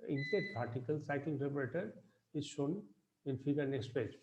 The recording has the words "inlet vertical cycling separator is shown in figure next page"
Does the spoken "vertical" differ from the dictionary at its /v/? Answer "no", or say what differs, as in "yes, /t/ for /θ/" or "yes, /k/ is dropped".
yes, /p/ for /v/